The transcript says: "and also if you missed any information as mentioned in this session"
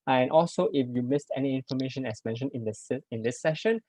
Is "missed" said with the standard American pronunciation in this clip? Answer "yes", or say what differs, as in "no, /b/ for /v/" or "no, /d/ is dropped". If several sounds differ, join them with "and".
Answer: yes